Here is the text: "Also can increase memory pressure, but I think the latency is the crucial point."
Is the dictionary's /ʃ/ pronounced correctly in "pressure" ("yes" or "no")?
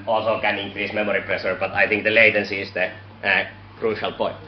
no